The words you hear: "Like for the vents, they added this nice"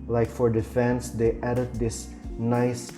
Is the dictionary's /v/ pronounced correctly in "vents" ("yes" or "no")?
no